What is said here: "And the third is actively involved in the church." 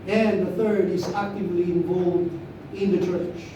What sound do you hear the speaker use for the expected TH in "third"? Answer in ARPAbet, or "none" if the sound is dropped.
TH